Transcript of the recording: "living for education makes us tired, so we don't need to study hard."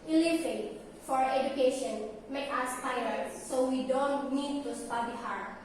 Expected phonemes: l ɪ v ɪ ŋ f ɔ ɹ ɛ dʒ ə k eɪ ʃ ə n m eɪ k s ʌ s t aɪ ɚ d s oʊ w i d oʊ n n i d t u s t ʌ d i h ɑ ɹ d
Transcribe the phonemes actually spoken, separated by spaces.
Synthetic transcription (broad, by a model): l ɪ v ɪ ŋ f ɔ ɹ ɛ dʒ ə k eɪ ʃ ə n m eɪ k ʌ s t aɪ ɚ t s oʊ w i d oʊ n n i d t u s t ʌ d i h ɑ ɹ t